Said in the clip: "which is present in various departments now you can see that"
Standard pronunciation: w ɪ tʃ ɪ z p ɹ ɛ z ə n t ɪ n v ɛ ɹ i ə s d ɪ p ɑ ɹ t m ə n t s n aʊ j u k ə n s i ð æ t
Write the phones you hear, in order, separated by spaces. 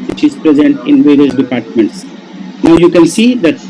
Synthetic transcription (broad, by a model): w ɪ tʃ ɪ z p ɹ ɛ z ə n t ɪ n v ɛ ɹ i ə s d ɪ p ɑ ɹ t m ə n t s n aʊ j u k ə n s i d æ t